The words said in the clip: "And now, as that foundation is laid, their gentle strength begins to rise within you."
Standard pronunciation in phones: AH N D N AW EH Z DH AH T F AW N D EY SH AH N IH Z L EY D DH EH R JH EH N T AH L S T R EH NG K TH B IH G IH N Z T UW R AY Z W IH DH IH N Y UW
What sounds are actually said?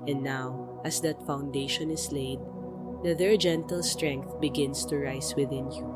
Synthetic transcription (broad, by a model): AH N N AW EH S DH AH T F AW N D EY SH AH N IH S L EY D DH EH R JH EH N T AH L S T R EH NG K TH B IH G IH N S T UW R AY S W IH DH IH N Y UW